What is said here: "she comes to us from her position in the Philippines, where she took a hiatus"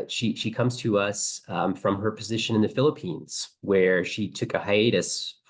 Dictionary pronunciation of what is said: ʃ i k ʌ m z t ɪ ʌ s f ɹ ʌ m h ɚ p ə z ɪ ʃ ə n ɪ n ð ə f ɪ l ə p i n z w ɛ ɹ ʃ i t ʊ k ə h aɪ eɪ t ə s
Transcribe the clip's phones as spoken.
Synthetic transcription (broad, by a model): ʃ i k ʌ m z t ɪ ʌ s f ɹ ʌ m ɚ p ə z ɪ ʃ ə n ɪ n ð ə f ɪ l ə p i n z w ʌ ɹ ʃ i t ʊ k ə h aɪ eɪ t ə s